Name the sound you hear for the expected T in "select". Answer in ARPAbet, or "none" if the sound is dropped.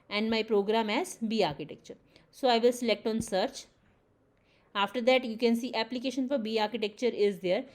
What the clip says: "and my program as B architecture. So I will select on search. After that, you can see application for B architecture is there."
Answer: T